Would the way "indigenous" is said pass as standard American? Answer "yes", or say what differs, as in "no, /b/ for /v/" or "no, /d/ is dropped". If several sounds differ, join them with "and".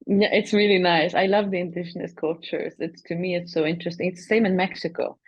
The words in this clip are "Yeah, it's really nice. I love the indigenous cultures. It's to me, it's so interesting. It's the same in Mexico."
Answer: no, /ʃ/ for /dʒ/